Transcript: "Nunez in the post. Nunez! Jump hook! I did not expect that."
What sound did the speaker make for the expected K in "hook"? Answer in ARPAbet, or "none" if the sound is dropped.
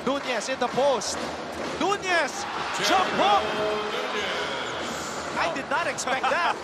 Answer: none